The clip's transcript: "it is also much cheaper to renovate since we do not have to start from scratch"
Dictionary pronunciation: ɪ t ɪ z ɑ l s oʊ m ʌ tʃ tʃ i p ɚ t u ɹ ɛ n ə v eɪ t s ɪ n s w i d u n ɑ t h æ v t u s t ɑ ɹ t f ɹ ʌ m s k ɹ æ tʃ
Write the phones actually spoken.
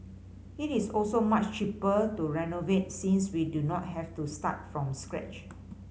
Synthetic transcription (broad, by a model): ɪ t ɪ s ɑ l s oʊ m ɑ tʃ tʃ i p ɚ t u ɹ ɛ n ə v eɪ t s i n s w i d u n ɑ t h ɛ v t u s t ɑ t f ɹ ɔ m s k ɹ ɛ tʃ